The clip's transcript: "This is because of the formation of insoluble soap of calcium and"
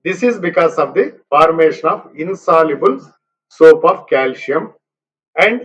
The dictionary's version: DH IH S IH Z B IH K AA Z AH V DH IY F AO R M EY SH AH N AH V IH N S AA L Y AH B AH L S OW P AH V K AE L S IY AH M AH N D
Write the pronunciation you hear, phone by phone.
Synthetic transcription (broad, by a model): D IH S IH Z B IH K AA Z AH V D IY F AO R M EY SH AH N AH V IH N S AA L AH B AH L S OW P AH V K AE L SH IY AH M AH N D